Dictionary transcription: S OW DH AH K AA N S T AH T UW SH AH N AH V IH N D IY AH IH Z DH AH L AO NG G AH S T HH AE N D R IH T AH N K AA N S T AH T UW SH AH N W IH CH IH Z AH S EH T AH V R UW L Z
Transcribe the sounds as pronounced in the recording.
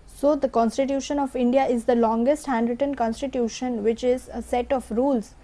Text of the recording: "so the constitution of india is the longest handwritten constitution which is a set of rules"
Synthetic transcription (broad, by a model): S OW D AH K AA N S T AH T UW SH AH N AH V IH N D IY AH IH Z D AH L AO NG G AH S T HH AE N D R IH T AH N K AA N S T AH T UW SH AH N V IH CH IH Z AH S EH T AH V R UW L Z